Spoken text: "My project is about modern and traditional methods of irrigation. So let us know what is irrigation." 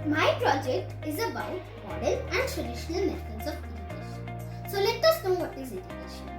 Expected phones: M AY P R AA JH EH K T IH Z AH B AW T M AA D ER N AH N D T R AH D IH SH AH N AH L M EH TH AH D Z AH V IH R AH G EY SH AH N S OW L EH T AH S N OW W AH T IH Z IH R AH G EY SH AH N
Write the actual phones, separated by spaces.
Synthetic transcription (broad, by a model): M AY P R AA JH EH K T IH Z AH B AW T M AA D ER L AH N D T R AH D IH SH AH N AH L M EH T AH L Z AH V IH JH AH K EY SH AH N S OW L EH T AH S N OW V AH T IH Z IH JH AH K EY SH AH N